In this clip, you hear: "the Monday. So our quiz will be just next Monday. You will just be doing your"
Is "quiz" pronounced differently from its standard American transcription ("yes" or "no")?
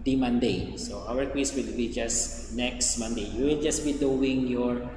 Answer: yes